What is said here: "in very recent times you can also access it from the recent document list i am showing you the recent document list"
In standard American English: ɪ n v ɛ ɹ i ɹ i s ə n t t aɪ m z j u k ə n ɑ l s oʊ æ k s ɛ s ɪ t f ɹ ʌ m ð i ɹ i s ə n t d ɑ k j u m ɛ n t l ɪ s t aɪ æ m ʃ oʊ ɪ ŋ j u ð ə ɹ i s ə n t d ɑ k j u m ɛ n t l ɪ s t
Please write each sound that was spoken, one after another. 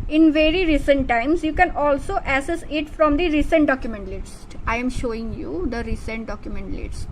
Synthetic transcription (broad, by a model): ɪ n v ɛ ɹ i ɹ i s ə n t t aɪ m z j u k ə n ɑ l s oʊ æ s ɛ s ɪ t f ɹ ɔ m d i ɹ i s ə n t d ɑ k j u m ɛ n t l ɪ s t aɪ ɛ m ʃ oʊ ɪ ŋ j u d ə ɹ i s ə n t d ɑ k j u m ɛ n t l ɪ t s